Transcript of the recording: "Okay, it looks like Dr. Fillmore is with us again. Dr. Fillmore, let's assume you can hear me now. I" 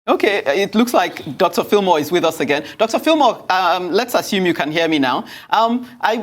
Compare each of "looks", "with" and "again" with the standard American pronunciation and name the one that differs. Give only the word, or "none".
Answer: none